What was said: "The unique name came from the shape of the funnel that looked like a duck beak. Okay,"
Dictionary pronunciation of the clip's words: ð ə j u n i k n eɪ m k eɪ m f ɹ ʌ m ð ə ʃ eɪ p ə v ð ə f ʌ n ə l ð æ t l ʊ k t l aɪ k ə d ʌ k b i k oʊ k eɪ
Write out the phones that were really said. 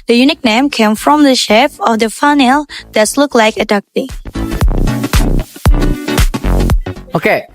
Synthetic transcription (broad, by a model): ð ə j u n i k n eɪ m k eɪ m f ɹ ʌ m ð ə ʃ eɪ f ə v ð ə f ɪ n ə l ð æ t l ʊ k l aɪ k ə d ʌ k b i oʊ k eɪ